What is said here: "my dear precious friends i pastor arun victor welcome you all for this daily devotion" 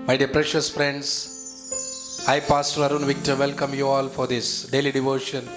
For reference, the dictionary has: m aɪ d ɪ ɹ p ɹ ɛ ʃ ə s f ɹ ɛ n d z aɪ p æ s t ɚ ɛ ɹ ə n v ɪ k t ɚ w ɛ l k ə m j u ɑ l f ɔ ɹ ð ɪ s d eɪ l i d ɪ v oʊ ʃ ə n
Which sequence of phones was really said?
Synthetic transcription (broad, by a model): m aɪ d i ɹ p ɹ ɛ ʃ ə s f ɹ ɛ n d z aɪ p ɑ s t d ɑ ɹ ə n v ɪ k t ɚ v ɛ l k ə m j u ɑ l f ɔ ɹ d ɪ s d eɪ l i d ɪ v oʊ ʃ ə n